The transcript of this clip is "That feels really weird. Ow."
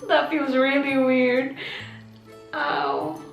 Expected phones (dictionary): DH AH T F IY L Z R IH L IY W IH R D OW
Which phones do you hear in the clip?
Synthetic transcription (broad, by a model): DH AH T F IY L Z R IH L IY W IH R D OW